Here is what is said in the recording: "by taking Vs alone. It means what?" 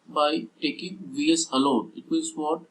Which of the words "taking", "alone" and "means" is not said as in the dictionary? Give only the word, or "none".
means